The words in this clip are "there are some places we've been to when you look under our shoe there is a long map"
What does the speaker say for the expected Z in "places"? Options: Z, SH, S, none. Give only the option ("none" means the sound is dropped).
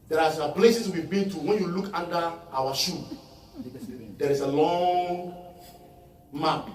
S